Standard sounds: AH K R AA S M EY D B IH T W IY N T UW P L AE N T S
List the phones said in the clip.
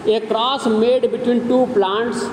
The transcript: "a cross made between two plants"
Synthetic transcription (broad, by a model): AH K R AA S M EY D B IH T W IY N T UW P L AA N T S